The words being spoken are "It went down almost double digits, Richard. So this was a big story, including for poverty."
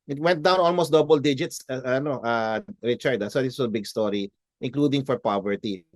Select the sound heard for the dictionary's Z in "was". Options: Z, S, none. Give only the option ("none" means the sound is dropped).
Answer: S